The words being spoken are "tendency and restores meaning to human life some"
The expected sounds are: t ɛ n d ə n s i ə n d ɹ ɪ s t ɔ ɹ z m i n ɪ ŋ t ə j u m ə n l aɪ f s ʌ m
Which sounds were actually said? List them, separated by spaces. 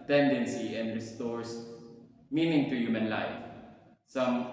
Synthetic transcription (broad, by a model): t ɛ n d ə n s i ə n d ɹ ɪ s t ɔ ɹ s m i n ɪ ŋ t ə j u m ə n l aɪ f s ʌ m